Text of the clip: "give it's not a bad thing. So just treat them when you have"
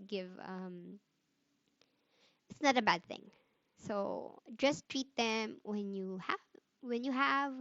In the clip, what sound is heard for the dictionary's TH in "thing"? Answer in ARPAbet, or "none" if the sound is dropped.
TH